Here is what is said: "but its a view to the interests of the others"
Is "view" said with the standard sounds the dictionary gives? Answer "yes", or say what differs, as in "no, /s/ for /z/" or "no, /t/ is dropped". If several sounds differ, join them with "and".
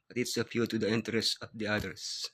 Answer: no, /p/ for /v/